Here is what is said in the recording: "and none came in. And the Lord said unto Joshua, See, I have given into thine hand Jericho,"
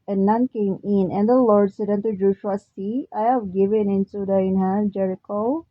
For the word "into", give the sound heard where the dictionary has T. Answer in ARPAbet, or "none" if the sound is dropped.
S